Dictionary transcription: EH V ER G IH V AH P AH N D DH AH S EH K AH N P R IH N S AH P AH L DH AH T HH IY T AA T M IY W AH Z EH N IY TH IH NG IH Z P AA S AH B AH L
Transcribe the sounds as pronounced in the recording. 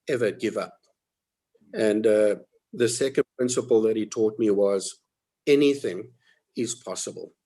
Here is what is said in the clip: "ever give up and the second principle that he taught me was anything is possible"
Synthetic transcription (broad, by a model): EH V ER G IH V AH P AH N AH DH AH S EH K AH N P R IH N S AH P AH L DH AH T HH IY T AA T M IY W AH Z EH N IY TH IH NG IH Z P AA S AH B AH L